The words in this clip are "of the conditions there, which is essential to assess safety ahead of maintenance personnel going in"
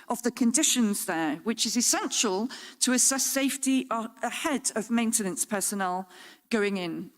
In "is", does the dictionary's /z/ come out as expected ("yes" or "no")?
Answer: yes